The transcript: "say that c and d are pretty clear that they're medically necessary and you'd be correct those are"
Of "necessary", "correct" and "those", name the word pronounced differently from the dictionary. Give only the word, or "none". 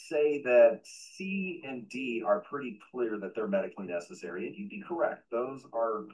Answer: none